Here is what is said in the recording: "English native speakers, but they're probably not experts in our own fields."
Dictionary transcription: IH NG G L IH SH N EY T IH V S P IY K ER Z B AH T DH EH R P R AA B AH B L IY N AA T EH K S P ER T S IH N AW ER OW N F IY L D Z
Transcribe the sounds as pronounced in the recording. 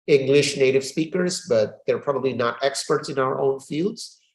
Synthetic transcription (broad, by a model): IH NG G L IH SH N EY T IH V S P IY K ER Z B AH T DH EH R P R AA B AH B L IY N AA T EH K S P ER T S IH N AW ER OW N F IY L D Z